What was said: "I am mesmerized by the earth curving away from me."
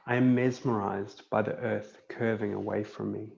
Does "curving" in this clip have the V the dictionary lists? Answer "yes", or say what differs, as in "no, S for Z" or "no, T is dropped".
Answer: yes